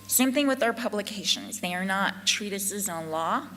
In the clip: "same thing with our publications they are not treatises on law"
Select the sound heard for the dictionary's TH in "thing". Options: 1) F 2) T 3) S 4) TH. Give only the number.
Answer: 4